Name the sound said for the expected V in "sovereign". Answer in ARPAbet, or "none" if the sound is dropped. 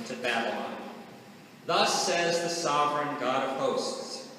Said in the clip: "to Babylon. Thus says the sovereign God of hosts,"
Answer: V